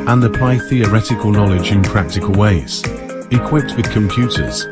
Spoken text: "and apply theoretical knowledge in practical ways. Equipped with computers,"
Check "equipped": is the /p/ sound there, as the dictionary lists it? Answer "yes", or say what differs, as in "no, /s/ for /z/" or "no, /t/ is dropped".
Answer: yes